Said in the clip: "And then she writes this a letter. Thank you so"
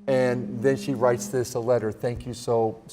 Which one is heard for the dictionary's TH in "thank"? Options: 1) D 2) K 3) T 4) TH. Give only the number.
4